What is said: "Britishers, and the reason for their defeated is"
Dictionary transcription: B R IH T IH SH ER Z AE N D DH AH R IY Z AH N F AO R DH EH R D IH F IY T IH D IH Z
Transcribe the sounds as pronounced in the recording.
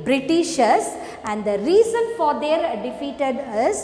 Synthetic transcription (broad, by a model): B R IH T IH SH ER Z AE N D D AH R IY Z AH N F AO R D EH R D IH F IY T IH D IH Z